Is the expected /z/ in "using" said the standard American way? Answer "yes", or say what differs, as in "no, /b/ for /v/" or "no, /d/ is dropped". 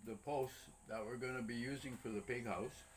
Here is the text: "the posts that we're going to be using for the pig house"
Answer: yes